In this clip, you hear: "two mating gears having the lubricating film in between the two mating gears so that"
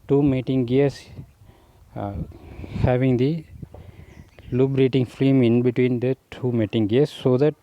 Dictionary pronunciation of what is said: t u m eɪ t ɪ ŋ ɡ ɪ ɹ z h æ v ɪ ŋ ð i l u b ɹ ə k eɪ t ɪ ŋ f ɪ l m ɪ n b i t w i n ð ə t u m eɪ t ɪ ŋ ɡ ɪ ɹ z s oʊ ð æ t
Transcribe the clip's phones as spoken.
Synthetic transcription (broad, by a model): t u m eɪ t ɪ ŋ ɡ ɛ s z h æ v ɪ ŋ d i l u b ɹ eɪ t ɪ ŋ f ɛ m ɪ n b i t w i n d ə t u m eɪ t ɪ ŋ ɡ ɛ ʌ s oʊ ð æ t